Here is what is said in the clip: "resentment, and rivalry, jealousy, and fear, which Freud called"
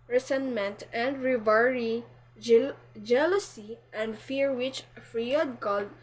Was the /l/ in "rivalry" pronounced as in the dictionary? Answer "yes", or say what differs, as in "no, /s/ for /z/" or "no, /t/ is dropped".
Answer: no, /l/ is dropped